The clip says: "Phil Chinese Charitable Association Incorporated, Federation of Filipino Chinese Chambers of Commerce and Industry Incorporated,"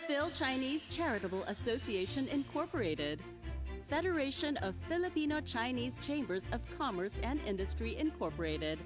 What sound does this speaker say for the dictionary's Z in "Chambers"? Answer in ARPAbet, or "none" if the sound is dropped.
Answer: Z